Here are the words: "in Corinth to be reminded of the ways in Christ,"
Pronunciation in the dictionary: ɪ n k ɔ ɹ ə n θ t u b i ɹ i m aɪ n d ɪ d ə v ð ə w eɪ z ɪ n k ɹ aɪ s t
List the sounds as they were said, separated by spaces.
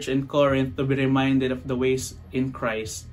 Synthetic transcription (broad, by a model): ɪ n k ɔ ɹ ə n t u b i ɹ i m aɪ n d ɪ d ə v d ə w eɪ s ɪ n k ɹ aɪ s t